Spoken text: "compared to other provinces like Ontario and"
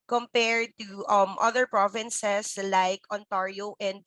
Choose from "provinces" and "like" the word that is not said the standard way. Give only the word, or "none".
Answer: provinces